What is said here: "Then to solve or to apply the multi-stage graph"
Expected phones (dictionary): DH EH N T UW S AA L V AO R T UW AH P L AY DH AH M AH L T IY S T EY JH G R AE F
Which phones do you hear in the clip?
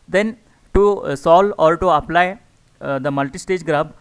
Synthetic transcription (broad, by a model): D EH N T UW S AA L AO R T UW AH P L AY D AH M AH L T IY S T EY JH G R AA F